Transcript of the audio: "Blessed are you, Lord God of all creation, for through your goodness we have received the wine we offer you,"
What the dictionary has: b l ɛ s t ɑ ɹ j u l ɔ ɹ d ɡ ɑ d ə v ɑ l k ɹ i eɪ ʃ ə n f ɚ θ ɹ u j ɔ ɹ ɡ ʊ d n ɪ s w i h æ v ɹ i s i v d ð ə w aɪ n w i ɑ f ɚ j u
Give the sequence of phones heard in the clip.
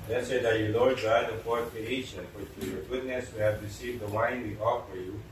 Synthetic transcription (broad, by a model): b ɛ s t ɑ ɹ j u l ɔ ɹ d ɡ ɑ d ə p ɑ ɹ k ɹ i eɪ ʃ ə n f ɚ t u j ɔ ɹ ɡ ʊ d n ɪ s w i h æ v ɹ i s i v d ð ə w aɪ n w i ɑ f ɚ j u